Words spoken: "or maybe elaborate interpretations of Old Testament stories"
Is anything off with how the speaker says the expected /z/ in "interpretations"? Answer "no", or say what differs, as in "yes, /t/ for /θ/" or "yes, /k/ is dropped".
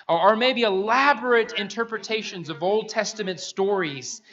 no